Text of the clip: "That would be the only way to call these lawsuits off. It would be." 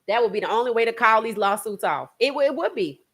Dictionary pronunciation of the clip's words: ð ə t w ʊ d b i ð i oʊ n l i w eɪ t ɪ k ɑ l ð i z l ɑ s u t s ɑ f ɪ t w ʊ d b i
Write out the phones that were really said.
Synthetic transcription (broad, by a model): ð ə t w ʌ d b i ð i oʊ n l i w eɪ t ɪ k ɑ l ð i z l ɑ s u t s ɑ f ɪ t w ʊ d b i